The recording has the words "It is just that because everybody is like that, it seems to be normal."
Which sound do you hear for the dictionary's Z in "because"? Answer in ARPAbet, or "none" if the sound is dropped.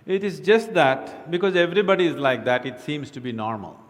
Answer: Z